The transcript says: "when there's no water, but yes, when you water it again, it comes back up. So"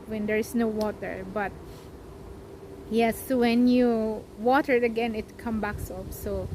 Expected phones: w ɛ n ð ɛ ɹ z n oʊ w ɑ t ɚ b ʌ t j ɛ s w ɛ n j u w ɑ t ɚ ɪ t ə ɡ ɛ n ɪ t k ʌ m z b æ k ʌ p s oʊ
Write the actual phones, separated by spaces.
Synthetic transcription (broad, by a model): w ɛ n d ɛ ɹ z n oʊ w ɑ t ɚ b ʌ t j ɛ s w ɛ n j u w ɑ t ɚ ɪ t ə ɡ ɛ n ɪ t k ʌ m b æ k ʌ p s oʊ